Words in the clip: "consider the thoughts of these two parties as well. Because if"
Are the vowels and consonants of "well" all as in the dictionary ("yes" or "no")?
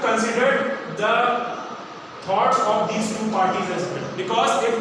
no